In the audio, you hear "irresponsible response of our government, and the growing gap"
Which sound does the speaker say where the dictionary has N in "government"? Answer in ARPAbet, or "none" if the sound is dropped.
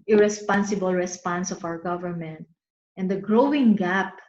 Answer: N